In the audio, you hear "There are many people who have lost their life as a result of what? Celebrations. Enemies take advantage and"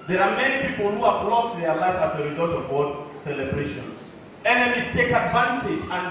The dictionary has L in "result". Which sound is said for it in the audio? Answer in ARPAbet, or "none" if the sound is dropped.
L